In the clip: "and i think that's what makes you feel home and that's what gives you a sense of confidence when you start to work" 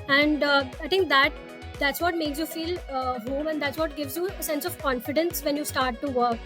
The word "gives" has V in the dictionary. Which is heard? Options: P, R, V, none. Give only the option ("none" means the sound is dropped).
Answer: V